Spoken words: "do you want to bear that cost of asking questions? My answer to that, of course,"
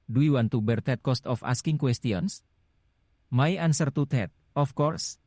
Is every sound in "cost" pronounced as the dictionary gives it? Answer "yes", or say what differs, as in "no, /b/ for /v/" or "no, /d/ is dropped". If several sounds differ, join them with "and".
yes